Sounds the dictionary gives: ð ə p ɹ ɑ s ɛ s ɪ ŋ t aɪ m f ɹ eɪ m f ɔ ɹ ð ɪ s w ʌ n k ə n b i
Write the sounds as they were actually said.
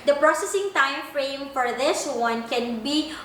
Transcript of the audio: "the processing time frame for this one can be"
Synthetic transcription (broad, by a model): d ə p ɹ ɑ s ɛ s ɪ ŋ t aɪ m f ɹ eɪ m f ɔ ɹ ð ɪ s w ʌ n k ə n b i